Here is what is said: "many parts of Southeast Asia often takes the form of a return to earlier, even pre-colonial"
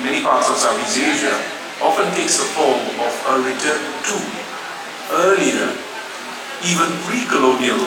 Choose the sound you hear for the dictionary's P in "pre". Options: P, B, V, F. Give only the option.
F